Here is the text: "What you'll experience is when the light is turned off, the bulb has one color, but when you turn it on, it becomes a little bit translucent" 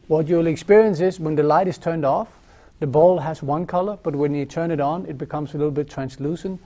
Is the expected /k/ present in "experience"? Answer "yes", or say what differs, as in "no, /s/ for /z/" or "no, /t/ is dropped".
yes